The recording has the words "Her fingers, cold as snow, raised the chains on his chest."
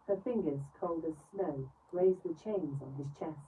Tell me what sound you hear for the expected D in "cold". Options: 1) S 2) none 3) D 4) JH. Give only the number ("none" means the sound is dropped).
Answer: 3